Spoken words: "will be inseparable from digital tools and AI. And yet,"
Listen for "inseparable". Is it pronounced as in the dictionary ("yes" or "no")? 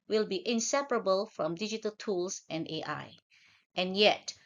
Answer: yes